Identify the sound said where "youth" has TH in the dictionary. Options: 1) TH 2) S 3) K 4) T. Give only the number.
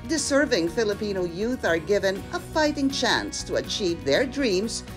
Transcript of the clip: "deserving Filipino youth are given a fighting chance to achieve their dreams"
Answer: 1